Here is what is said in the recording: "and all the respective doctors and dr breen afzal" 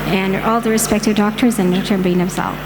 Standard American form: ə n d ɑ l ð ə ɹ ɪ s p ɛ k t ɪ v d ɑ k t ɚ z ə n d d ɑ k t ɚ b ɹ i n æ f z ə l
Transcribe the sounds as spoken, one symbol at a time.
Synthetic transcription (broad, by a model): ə n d ɑ l ð ə ɹ ɪ s p ɛ k t ɪ v d ɑ k t ɚ z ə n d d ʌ t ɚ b i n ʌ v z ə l